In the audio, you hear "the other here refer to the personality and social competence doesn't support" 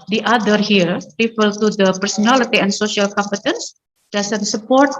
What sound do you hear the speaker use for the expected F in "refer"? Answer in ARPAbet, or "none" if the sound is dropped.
P